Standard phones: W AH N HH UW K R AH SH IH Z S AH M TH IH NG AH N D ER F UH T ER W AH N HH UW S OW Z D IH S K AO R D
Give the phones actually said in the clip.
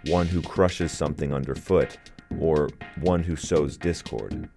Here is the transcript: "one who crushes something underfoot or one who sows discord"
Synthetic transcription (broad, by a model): W AH N HH UW K R AH SH IH Z S AH M TH IH NG AH N D ER F UH T ER W AH N HH UW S OW Z D IH S K AO R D